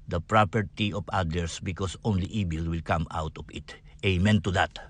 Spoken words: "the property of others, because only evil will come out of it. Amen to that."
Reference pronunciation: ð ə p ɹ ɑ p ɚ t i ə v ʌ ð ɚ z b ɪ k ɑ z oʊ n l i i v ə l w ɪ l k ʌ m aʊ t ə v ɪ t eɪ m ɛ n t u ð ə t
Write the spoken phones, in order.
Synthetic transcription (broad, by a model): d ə p ɹ ɑ p ɚ t i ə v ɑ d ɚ s b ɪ k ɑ s oʊ n l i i b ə l w ɪ l k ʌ m aʊ t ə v ɪ t eɪ m ɛ n t u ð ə t